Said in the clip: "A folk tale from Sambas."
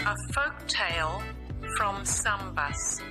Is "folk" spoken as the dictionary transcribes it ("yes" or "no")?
yes